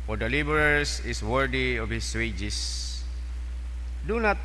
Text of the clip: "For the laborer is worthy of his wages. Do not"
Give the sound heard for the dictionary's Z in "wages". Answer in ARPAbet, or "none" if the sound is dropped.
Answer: S